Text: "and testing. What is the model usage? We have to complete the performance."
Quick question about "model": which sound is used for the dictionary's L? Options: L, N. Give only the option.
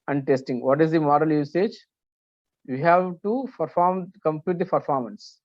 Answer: L